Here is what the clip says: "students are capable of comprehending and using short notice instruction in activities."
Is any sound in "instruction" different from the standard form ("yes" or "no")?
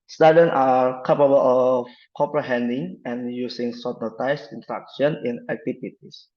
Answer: yes